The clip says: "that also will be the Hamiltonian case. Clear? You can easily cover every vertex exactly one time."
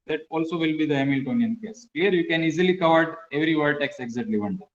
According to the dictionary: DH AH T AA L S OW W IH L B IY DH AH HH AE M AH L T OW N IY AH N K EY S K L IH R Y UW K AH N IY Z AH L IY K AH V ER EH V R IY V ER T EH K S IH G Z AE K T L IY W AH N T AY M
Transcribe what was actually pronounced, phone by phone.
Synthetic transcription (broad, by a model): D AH T AA L S OW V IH L B IY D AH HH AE M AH L T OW N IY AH N K EY S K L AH R Y UW K AH N IY Z AH L IY K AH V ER EH V R IY V ER T EH K S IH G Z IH T L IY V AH N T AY